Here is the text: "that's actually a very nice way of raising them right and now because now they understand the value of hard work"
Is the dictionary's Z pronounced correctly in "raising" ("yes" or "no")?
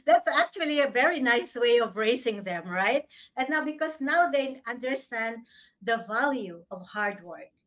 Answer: no